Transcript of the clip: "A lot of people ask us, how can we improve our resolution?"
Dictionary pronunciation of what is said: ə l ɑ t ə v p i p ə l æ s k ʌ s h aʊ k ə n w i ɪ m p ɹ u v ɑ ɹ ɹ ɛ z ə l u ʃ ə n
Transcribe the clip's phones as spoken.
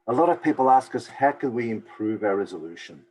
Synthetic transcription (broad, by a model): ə l ɑ t ə v p i p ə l æ s k ʌ s h aʊ k ə n w i ɪ m p ɹ u v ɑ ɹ ɹ ɛ z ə l u ʃ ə n